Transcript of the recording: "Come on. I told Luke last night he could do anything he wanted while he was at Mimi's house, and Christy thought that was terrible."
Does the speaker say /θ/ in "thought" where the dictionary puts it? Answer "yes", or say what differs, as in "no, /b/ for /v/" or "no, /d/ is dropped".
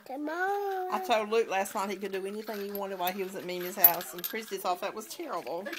no, /s/ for /θ/